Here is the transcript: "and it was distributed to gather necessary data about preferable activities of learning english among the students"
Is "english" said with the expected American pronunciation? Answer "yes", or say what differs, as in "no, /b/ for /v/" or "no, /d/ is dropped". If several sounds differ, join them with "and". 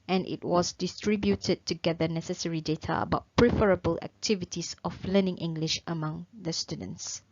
yes